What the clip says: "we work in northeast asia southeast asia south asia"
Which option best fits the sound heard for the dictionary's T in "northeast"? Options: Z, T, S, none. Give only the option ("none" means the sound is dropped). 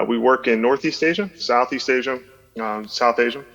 T